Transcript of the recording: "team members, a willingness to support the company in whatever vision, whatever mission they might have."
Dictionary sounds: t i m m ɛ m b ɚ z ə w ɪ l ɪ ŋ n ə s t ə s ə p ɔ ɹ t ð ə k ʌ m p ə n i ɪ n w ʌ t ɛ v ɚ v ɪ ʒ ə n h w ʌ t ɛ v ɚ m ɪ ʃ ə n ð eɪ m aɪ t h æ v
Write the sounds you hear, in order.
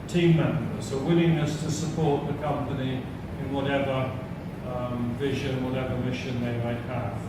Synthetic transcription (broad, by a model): t i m m ɛ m b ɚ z ə w ɪ l ɪ ŋ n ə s t ə s ə p ɔ ɹ t ð ə k ʌ m p ə n i ɪ n w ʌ t ɛ v ɚ v ɪ ʒ ə n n w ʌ t ɛ v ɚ m ɪ ʃ ə n ð eɪ m aɪ t h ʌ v